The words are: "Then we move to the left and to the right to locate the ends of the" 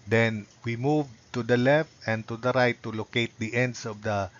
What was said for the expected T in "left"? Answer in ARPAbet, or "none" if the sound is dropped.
T